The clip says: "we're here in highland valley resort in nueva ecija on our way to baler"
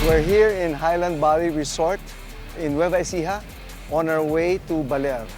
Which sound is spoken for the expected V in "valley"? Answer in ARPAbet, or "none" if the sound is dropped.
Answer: B